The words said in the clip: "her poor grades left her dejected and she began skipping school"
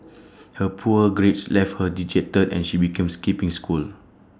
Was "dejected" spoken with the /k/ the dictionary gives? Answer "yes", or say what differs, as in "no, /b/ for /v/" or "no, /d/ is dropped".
no, /k/ is dropped